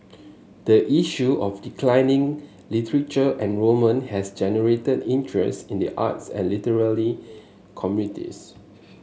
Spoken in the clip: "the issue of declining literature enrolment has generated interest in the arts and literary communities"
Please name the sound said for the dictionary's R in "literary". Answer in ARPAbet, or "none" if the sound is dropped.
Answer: L